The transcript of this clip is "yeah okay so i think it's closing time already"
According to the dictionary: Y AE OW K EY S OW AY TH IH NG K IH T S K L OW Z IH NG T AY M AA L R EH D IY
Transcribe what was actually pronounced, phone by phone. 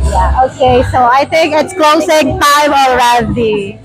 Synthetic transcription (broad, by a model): Y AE OW K EY S OW AY T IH NG K IH T S K L OW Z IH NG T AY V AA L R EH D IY